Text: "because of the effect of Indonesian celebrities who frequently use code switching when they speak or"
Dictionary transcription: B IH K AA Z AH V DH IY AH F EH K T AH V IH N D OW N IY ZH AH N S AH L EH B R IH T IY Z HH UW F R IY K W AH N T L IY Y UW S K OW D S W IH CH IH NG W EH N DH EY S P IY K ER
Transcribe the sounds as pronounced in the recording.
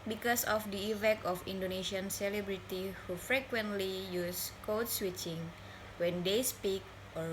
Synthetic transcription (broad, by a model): B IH K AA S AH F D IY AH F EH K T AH F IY N D OW N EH SH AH N S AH L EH B R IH T IY HH UW F R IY K W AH N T L IY Y UW S K OW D S W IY CH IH NG W EH N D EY S P IY K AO